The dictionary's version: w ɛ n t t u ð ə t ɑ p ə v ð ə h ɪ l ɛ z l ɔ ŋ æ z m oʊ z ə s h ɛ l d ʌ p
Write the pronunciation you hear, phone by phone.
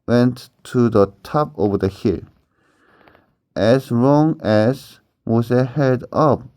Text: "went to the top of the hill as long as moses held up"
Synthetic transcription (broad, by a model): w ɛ n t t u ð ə t ɑ p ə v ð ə h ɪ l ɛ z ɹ ɔ ŋ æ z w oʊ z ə h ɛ d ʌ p